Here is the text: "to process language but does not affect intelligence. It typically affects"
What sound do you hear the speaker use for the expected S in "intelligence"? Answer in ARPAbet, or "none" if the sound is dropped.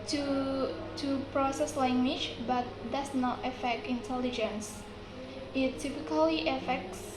S